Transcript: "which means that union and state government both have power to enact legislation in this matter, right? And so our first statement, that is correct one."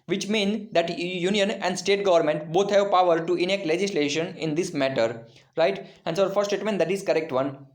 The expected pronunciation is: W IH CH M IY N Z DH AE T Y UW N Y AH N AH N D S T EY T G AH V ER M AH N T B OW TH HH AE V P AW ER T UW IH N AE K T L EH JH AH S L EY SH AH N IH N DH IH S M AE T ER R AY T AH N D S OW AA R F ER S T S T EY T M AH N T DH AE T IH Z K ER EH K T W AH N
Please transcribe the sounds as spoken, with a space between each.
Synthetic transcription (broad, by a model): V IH CH M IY N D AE T Y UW N Y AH N AH N D S T EY T G AH V ER M AH N T B OW T HH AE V P AW ER T UW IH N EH K T L EH JH AH S L EY SH AH N IH N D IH S M AE T ER R AY T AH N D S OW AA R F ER T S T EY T M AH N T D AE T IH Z K ER EH K T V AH N